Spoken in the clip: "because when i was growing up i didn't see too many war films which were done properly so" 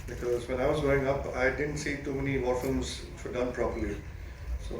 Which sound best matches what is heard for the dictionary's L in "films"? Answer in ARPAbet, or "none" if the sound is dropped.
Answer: none